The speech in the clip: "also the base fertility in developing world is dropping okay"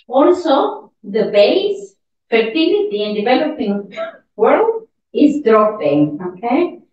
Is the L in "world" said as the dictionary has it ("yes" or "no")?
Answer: yes